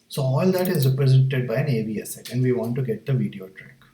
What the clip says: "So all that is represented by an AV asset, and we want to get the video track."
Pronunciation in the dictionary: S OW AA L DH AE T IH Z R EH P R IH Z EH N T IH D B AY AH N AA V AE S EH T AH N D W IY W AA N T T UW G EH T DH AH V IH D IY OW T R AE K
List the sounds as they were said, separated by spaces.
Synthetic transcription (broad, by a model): S OW AA L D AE T IH Z R EH P R IH Z EH N T IH D B AY AH N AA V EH S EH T AH N D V IY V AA N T T UW G EH T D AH V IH D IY OW T R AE K